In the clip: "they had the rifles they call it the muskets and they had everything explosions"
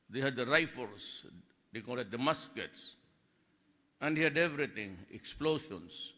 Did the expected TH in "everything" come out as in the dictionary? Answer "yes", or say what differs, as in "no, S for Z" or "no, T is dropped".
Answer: no, T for TH